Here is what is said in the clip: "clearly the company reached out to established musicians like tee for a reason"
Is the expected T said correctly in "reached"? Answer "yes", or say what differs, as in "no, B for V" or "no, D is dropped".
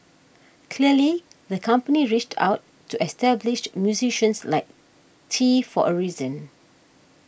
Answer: yes